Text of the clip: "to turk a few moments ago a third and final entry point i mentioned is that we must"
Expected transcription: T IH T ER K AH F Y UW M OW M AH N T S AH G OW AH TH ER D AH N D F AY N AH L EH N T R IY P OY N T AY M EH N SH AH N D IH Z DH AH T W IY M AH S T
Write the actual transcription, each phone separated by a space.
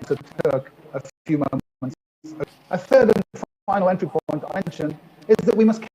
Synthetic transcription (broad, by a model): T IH T ER K AH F Y UW M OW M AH N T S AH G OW AH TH ER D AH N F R AY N L EH N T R IY P OY N T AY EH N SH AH N IH Z DH AH T W IY M AH S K